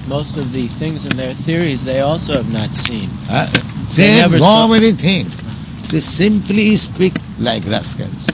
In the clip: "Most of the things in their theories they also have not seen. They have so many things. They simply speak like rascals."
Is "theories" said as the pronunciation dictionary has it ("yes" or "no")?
yes